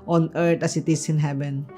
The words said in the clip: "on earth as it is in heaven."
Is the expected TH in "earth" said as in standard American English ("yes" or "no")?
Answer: no